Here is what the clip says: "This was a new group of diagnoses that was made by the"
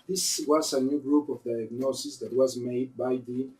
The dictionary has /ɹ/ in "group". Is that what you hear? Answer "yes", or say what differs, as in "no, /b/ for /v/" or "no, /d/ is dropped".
yes